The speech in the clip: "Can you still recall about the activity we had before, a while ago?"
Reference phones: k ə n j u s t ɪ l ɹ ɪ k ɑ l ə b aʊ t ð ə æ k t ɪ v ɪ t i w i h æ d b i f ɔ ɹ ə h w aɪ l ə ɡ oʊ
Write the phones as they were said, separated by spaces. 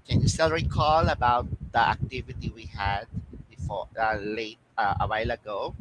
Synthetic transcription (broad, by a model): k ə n j u s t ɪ l ɹ ɪ k ɑ l ə b aʊ t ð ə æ k t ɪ v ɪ t i w i h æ d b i f ɔ l ə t w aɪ l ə ɡ oʊ